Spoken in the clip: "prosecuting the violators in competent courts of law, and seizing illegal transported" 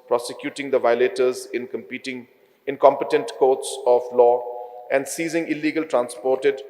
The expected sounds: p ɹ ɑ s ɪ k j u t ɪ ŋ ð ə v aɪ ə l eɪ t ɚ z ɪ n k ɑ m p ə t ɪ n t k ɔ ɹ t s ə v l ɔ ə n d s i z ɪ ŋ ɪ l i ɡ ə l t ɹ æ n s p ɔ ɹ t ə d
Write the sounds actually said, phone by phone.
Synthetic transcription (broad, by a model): p ɹ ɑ s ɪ k j u t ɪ ŋ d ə v aɪ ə l eɪ t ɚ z ɪ n k ɑ m p ə t ɪ n t k ɔ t s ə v l ɔ ə n d s i z ɪ ŋ ɪ l i ɡ ə l t ɹ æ n s p ɔ ɹ t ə d